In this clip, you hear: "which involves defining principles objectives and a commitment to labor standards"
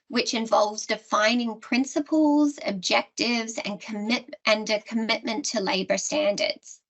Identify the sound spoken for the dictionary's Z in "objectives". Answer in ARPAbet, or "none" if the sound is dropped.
Z